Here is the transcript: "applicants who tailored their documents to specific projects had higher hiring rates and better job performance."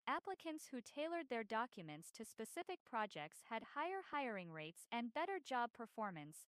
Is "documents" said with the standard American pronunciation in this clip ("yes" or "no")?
yes